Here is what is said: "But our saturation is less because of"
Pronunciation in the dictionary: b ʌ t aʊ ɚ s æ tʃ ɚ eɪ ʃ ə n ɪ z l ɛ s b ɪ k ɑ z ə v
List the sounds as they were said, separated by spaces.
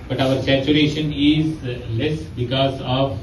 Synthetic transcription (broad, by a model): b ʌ t aʊ ɚ s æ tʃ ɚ eɪ ʃ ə n ɪ z l ɛ s b ɪ k ɑ z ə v